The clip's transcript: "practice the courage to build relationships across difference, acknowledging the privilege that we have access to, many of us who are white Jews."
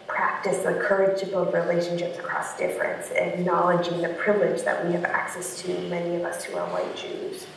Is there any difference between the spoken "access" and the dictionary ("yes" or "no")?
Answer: no